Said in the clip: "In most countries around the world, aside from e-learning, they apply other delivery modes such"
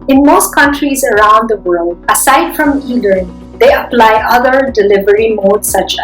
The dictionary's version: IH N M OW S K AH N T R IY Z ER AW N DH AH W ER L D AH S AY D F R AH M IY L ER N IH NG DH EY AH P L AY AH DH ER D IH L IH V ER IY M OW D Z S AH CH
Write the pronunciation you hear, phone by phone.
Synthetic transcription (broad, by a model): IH N M OW S K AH N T R IY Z ER AW N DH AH W ER L D AH S AY D F R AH M IY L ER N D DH EY AH P L AY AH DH ER D IH L IH V ER IY M OW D S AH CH